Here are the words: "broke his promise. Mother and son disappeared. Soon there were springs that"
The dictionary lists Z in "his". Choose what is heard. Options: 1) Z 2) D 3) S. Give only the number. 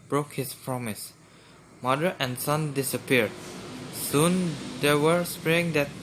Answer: 3